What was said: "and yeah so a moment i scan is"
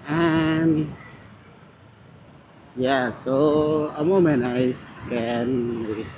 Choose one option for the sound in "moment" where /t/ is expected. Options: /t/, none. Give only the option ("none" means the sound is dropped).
none